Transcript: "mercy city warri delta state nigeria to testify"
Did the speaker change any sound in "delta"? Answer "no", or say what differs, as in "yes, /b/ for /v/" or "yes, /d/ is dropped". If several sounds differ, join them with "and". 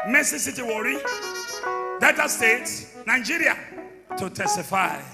yes, /l/ is dropped